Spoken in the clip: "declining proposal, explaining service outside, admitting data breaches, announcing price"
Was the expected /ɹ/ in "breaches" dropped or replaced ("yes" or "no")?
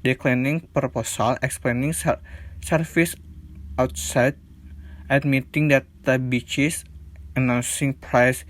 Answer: yes